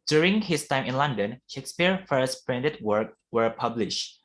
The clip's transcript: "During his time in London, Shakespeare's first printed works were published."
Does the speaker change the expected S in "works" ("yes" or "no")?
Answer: yes